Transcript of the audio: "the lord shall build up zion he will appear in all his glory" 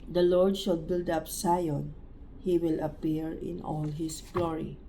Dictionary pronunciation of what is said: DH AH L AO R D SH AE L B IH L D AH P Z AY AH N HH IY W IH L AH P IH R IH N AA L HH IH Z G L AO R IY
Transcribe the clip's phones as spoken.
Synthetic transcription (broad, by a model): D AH L AO R D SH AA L B IH L D AH P S AY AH N HH IY W IH L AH P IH R IH N AA L HH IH S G L AO R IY